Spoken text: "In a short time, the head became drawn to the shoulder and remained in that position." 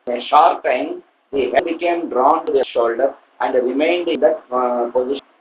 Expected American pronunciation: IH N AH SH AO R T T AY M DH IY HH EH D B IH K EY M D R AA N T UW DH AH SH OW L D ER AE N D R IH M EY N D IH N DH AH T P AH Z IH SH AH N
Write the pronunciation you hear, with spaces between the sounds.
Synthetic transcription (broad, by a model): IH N AH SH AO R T T AY M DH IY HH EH B IH K EY M D R AA N T UW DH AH SH OW L D ER AE N D R IH M EY N D IH N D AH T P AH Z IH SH